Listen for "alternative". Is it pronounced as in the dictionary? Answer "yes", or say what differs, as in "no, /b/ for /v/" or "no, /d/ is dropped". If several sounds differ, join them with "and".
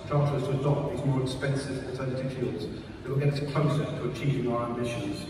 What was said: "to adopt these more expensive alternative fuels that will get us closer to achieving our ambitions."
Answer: no, /l/ is dropped